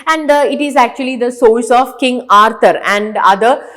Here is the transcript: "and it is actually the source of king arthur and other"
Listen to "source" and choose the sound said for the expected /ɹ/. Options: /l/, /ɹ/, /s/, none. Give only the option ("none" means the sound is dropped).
/l/